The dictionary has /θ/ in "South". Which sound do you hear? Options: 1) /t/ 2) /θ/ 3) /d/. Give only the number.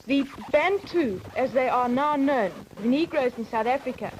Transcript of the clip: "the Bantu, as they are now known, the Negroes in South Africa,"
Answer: 2